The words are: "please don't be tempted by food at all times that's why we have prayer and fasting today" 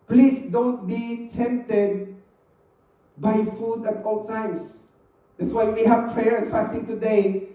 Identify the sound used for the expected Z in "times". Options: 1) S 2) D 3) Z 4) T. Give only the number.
1